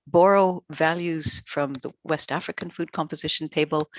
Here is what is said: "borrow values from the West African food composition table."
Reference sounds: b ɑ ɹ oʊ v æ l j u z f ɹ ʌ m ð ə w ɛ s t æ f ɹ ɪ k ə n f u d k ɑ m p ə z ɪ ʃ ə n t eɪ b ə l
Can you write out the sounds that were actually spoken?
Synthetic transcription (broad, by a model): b ɑ ɹ oʊ v æ l j u z f ɹ ʌ m ð ə w ɛ s t æ f ɹ ɪ k ə n f u d k ɑ m p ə z ɪ ʃ n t eɪ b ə l